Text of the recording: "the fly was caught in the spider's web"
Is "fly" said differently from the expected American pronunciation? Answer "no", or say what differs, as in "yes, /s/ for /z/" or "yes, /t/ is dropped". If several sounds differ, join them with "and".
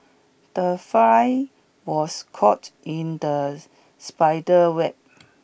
yes, /l/ is dropped